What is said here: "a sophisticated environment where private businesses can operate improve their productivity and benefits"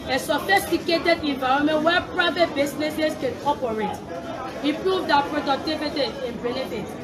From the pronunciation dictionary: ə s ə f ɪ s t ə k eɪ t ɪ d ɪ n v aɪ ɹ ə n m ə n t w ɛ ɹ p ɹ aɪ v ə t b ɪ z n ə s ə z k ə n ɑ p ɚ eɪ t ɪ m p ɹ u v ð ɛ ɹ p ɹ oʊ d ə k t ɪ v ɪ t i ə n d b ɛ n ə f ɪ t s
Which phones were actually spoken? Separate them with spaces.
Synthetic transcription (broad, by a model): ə s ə f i s t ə k eɪ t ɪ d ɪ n v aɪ ɹ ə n m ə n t w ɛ p ɹ aɪ v ə t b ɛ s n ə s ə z k ə n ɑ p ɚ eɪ t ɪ p ɹ u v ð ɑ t p ɹ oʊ d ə k t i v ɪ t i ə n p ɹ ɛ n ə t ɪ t